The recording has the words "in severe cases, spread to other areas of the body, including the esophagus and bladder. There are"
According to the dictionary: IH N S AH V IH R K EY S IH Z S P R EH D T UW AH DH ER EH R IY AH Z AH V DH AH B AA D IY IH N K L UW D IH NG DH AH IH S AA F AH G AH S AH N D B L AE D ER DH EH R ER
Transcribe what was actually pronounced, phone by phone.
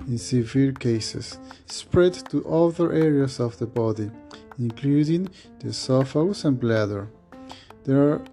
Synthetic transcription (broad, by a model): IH N S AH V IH L K EY S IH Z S P R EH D T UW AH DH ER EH R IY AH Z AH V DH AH B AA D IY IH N K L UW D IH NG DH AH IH S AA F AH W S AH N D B L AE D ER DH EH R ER